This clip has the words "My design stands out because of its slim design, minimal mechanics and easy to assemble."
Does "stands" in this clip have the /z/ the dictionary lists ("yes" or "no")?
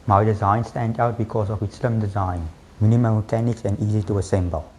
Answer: no